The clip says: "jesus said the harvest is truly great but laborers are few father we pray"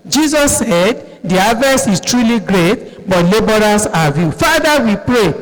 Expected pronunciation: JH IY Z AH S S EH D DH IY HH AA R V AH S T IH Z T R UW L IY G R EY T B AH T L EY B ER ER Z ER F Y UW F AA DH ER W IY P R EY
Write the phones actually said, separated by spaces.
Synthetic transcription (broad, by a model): JH IY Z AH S S EH D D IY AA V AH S IH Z T R UW L IY G R EY T B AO T L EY B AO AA S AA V Y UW F AA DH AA W IY P R EY